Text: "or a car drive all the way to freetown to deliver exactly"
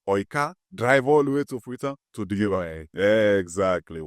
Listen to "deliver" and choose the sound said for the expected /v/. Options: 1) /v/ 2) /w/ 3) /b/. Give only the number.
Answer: 3